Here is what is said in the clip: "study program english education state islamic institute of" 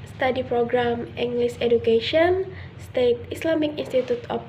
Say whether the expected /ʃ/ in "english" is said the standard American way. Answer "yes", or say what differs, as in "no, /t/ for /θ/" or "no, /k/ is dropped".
no, /s/ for /ʃ/